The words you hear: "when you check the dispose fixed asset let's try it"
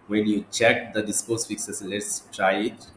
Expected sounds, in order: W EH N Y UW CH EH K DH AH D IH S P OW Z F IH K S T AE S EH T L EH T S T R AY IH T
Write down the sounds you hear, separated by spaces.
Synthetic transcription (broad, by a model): W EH N Y UW CH EH K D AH D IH S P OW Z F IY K S AH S L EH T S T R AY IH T